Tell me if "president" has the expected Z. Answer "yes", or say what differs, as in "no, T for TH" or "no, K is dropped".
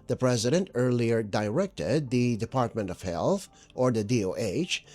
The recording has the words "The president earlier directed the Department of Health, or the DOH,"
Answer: yes